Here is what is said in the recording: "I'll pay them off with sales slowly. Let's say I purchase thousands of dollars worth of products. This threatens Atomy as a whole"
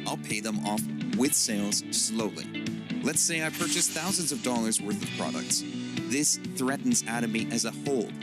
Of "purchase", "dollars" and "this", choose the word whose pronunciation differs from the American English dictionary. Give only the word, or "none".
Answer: none